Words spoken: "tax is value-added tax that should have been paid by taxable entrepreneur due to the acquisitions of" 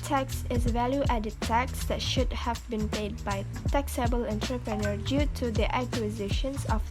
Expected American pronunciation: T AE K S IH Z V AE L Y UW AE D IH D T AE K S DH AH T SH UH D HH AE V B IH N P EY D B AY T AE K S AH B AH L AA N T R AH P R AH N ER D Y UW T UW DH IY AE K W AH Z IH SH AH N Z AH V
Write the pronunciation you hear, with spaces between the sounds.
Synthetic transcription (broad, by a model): T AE K S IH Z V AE L Y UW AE D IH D T AE K S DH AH T SH UH D HH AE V B IH N P EY D B AY T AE K S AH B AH L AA N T R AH P R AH N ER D Y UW T UW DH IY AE K W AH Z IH SH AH N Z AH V